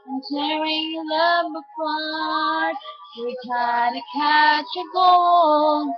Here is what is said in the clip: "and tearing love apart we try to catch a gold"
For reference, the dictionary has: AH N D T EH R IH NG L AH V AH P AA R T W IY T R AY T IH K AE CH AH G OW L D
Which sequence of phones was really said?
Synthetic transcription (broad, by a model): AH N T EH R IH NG L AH B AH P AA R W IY T R AY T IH K AE CH AH G OW L